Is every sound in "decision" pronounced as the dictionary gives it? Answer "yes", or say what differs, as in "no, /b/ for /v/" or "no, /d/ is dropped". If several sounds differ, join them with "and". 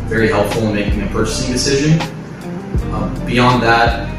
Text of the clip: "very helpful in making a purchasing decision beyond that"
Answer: yes